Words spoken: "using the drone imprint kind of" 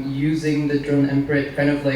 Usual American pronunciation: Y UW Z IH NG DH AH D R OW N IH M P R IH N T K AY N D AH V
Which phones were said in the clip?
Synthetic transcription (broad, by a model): Y UW Z IH NG DH AH D R OW N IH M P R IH T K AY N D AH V